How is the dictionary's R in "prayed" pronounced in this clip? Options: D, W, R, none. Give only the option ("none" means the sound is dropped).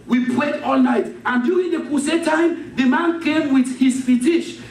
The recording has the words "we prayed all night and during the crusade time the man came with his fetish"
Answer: W